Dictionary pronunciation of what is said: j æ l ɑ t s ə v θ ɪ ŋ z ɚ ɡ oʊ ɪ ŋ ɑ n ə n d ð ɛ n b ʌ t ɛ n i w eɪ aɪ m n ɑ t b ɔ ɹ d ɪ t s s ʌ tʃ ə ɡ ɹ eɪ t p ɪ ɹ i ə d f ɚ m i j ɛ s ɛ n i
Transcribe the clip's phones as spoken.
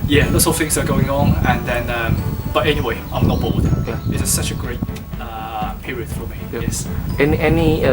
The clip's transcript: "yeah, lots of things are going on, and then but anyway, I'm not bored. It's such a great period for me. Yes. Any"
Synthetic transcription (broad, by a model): j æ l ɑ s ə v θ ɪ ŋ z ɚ ɡ oʊ ɪ ŋ ɑ n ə n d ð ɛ n b ʌ t ɛ n i w eɪ aɪ m n ɑ t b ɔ l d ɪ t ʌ s ʌ tʃ ə ɡ ɹ eɪ t p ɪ ɹ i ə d f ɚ m i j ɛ s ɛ n i